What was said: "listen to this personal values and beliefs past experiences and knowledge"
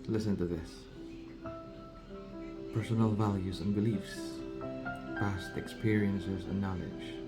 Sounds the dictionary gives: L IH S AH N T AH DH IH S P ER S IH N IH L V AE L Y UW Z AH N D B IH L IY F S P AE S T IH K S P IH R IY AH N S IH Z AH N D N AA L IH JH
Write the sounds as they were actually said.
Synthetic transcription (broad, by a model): L IH S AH N T AH DH IH S P ER S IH N L V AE L Y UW Z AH N B IH L IY F S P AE S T IH K S P IH R IY AH N S IH Z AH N N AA L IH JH